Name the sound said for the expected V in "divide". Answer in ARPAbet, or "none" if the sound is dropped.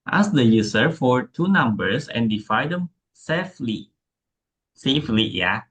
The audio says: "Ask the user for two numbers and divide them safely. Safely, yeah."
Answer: F